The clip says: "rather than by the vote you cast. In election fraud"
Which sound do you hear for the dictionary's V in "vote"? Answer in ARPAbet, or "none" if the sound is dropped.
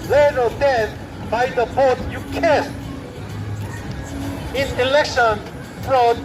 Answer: B